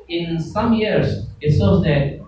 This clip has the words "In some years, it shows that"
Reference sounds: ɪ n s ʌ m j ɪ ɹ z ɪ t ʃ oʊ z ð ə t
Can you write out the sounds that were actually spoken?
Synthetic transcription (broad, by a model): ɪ n s ʌ m j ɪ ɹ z ɪ t s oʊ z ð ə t